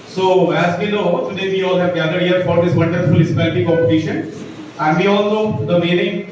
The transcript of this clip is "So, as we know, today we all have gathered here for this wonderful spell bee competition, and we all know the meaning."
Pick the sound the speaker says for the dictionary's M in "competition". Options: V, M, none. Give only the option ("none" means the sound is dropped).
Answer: none